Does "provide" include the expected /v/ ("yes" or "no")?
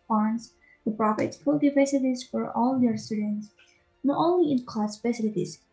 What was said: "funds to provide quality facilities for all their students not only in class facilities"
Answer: no